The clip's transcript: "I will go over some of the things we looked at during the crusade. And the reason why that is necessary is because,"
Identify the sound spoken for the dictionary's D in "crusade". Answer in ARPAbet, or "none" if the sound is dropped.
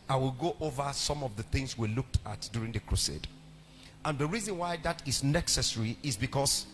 D